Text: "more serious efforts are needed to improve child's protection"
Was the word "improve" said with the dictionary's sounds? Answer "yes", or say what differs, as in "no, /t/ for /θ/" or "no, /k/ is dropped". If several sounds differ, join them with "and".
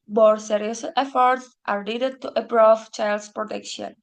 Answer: no, /m/ is dropped